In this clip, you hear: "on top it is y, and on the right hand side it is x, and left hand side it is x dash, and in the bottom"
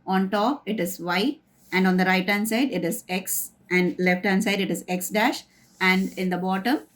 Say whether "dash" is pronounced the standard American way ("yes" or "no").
yes